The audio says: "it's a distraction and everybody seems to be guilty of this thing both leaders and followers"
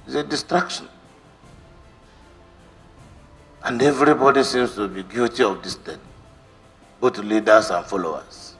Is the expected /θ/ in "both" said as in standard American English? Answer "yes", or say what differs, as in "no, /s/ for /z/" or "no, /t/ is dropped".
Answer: no, /t/ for /θ/